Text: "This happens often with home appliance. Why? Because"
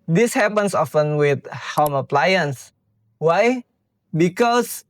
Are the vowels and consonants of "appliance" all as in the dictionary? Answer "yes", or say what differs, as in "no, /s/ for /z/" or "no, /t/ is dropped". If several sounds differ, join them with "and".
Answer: yes